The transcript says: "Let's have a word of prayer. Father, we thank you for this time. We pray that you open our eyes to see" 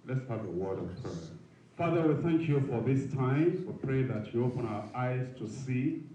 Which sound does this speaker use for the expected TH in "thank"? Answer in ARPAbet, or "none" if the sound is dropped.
TH